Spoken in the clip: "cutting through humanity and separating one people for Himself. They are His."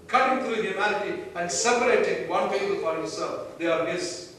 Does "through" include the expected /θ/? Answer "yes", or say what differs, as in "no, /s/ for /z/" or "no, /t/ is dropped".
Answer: no, /t/ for /θ/